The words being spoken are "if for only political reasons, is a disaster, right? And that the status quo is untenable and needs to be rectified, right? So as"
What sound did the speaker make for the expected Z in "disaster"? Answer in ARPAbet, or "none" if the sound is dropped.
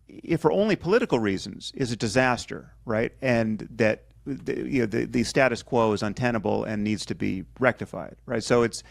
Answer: Z